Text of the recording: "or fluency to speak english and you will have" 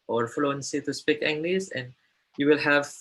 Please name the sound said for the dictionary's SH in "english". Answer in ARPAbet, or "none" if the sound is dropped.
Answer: S